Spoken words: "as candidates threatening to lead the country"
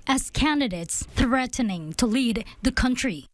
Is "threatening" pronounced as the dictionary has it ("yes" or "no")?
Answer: yes